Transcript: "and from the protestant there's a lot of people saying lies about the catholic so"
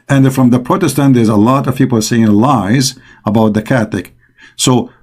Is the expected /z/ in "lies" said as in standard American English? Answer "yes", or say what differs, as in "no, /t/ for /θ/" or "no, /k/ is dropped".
yes